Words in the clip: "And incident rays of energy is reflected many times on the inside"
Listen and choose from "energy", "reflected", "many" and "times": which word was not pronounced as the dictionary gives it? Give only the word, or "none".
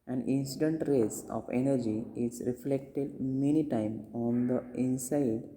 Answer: times